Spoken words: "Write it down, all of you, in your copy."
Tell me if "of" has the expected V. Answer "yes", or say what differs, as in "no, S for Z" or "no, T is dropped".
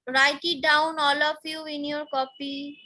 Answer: no, P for V